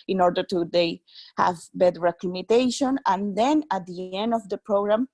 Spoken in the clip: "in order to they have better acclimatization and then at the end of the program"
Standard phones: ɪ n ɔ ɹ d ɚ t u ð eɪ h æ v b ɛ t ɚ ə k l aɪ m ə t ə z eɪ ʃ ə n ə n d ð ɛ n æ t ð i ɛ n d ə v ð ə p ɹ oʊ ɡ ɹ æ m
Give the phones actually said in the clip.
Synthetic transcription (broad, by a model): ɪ n ɔ ɹ d ɚ t u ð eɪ h æ v b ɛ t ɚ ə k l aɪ m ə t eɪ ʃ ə n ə n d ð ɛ n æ t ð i ɛ n d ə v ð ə p ɹ oʊ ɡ ɹ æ m